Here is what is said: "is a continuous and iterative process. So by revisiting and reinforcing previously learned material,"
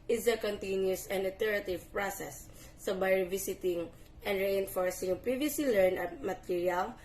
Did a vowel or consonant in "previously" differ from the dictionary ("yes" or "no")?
yes